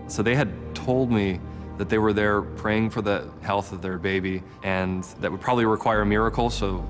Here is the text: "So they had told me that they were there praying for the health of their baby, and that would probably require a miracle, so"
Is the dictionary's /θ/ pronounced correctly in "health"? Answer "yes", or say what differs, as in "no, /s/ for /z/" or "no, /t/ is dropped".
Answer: yes